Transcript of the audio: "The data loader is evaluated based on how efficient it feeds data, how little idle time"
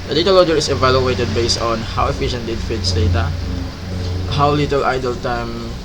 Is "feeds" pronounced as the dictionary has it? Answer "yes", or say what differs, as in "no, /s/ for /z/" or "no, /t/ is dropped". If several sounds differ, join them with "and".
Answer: no, /s/ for /z/